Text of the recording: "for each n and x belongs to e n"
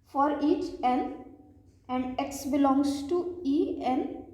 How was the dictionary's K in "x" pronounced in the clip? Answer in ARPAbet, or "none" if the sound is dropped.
K